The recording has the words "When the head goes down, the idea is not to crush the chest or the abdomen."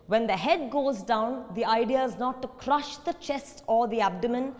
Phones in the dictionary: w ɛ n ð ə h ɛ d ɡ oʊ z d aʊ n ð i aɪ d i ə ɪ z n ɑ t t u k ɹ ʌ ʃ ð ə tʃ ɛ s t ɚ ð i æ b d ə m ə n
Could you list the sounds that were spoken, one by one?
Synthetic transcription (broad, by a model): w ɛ n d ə h ɛ d ɡ oʊ z d aʊ n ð i aɪ d i ə ɪ z n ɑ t t u k ɹ ʌ ʃ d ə tʃ ɛ s t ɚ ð i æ b d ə m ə n